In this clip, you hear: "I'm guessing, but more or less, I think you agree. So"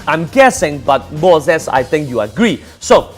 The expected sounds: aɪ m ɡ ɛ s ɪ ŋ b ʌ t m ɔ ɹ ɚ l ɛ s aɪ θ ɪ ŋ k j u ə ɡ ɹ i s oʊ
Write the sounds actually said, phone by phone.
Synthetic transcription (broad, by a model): aɪ m ɡ ɛ s ɪ ŋ b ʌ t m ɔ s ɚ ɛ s aɪ t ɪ ŋ k j u ə ɡ ɹ i s oʊ